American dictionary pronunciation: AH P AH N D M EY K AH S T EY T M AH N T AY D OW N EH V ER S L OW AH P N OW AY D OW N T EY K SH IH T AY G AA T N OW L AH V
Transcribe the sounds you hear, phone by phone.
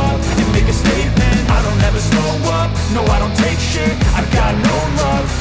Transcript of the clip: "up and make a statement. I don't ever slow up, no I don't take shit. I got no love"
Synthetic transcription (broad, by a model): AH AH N M EY K AH S T EY T M AH N T AY D OW N EH V ER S OW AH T N OW AY D OW N T EY K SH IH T AY G AA T N OW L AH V